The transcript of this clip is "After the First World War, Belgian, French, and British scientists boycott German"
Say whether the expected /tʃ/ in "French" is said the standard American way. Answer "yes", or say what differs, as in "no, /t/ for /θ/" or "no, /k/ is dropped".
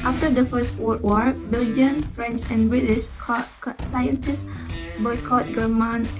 yes